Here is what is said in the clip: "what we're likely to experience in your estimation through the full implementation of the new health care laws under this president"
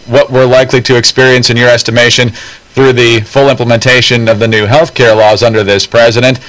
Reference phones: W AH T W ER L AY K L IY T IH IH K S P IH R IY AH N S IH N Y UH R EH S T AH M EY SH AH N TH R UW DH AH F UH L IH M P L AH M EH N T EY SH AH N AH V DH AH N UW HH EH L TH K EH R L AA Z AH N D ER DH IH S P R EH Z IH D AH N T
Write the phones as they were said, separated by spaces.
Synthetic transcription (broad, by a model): W AH T W ER L AY K L IY T IH IH K S P IH R IY AH N S IH N Y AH R EH S T AH M EY SH AH N TH R UW DH AH F UH L IH M P L AH M EH N T EY SH AH N AH V DH AH N UW HH EH L TH K EH R L AA Z AH N D ER DH IH S P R EH Z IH D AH N T